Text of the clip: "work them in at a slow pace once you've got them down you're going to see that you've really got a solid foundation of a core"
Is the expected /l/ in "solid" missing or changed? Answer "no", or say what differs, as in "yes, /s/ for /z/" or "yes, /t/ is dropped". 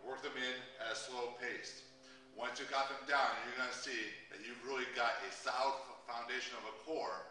yes, /l/ is dropped